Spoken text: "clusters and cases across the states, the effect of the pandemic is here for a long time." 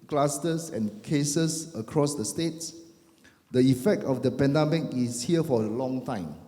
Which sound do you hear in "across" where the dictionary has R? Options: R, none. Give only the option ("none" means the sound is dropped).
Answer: R